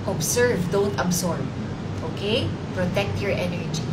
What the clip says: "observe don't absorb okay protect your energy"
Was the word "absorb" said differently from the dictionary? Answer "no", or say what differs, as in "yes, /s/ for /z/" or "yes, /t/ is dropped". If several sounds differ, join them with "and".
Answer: yes, /s/ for /z/